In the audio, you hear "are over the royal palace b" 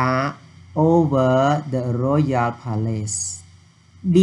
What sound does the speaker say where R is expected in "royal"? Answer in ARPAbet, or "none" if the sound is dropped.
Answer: R